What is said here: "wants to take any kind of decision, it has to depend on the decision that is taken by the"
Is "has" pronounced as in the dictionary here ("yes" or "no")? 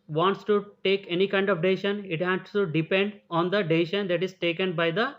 no